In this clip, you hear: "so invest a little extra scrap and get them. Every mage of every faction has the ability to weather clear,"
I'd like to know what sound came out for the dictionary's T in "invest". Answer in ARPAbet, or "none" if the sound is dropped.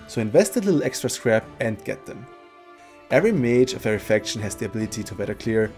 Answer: T